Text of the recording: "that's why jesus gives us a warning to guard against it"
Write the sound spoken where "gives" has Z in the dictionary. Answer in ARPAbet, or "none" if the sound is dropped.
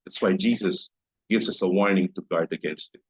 Z